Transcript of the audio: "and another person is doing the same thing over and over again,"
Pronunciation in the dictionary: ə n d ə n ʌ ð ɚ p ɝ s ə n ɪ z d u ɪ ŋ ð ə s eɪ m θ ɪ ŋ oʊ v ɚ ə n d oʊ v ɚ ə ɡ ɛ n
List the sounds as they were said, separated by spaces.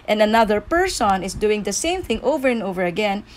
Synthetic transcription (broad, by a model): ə n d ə n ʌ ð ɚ p ɝ s ə n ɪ s d u ɪ ŋ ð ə s eɪ m θ ɪ ŋ oʊ v ɚ ə n d oʊ v ɚ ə ɡ ɛ n